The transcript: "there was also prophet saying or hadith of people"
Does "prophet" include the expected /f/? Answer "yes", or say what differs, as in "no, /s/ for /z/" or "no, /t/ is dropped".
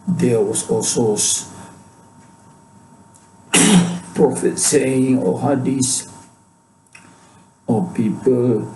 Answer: yes